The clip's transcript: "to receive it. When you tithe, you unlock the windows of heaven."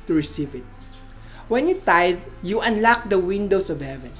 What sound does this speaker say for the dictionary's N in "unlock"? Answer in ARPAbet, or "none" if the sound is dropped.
N